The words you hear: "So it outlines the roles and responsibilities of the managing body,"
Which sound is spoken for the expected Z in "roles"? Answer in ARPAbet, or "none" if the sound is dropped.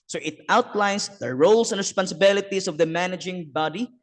S